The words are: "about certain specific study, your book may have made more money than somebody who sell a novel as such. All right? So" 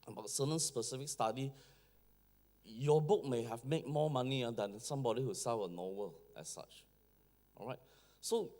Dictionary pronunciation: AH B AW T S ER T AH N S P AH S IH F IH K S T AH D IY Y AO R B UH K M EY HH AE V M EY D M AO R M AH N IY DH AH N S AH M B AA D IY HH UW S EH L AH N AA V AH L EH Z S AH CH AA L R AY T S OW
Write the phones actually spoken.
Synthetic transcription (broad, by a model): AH B AW T S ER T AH N S P AH S IH F IH K S T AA D IY Y AO B UH K M EY HH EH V M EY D M AO M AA N IY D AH N S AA M B AA D IY HH UW S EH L AH N AA W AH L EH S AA CH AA R AY T S OW